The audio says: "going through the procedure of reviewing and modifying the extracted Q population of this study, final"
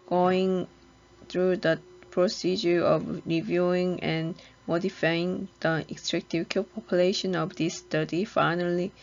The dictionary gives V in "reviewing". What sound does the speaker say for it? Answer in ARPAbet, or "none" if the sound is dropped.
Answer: V